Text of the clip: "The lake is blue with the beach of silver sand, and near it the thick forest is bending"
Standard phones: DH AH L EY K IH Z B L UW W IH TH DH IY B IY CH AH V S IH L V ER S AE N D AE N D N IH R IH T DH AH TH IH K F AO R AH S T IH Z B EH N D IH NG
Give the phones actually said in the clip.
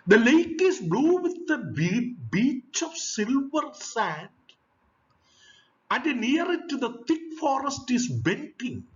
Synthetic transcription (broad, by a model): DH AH L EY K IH S B L UW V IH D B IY B IY CH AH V S IH L V ER S AE N D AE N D N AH R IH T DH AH T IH K F AO R AH S T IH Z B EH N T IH NG